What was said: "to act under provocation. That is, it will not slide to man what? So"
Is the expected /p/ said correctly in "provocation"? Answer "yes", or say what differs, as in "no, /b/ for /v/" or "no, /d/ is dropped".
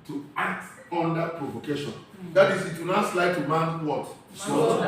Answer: yes